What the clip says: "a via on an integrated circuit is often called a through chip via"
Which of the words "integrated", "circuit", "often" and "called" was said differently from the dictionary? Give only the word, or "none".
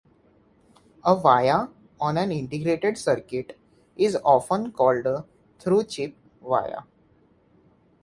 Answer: none